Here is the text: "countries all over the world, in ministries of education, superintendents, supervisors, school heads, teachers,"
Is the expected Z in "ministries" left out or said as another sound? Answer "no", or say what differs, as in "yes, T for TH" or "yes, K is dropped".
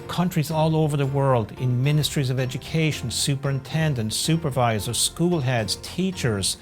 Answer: no